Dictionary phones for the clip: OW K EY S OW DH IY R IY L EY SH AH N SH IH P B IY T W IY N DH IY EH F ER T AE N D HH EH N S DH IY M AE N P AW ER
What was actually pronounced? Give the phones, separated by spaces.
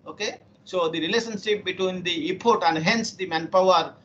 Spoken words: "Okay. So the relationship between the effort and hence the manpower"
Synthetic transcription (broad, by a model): OW K EY S OW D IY R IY L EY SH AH N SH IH P B IY T W IY N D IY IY P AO T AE N D HH EH N S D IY M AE N P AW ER